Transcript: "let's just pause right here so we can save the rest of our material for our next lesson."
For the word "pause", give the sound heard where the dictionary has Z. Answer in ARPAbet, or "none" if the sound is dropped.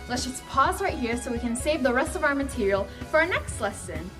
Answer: Z